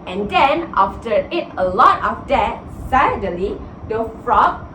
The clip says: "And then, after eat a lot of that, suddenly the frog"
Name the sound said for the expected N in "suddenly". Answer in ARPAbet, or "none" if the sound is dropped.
none